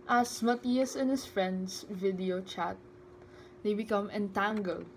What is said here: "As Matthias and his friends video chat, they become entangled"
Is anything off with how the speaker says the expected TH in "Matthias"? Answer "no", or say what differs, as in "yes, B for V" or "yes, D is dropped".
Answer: yes, T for TH